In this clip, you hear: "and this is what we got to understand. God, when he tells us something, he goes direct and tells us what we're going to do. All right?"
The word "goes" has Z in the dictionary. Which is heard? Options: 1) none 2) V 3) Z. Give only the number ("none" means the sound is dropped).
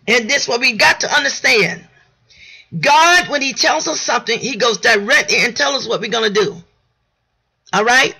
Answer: 3